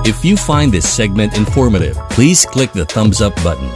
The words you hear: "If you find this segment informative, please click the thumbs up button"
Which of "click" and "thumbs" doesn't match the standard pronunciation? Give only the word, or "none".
none